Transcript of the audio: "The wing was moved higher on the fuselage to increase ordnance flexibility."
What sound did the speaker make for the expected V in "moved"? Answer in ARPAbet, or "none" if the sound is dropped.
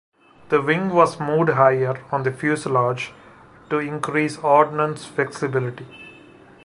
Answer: none